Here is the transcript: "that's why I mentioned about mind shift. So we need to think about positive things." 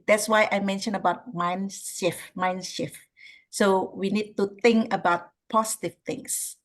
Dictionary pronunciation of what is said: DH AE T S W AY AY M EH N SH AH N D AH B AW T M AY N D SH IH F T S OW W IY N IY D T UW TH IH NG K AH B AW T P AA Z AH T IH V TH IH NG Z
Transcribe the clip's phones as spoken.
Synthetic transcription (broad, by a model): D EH T S W AY AY M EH N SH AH N AH B AW T M AY N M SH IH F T S OW W IY N IY D T UW T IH NG K AH B AW T P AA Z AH T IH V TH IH NG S